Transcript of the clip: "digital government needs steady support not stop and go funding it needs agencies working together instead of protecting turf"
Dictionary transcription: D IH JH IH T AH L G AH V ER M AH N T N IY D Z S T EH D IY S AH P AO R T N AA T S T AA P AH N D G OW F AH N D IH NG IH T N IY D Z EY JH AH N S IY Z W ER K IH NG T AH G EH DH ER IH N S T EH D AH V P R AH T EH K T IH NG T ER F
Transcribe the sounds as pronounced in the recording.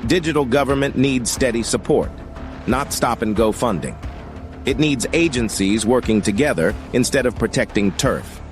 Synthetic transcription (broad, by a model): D IH JH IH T L G AH V ER M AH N N IY D Z S T EH D IY S AH P AO R T N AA T S T AA P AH N G OW F AH N D IH NG IH T N IY D Z EY JH AH N S IY Z W ER K IH NG T AH G EH DH ER IH N S T EH D AH V P R AH T EH K T IH NG T ER F